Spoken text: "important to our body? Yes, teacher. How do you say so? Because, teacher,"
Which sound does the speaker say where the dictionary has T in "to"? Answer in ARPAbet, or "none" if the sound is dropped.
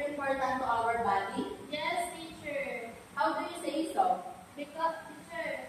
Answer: T